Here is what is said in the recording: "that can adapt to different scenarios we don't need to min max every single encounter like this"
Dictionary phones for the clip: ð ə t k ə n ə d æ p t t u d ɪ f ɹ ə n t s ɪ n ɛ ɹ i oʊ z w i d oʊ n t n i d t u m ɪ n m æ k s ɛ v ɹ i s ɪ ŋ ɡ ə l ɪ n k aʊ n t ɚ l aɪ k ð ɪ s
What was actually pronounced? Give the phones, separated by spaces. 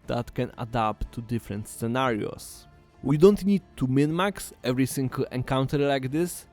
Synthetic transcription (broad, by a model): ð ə t k ə n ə d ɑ p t t u d ɪ f ɹ ə n t s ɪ n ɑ ɹ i oʊ s w i d oʊ n t n i d t u m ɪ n m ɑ k s ɛ v ɹ i s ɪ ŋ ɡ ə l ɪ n k aʊ n t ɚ l aɪ k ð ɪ s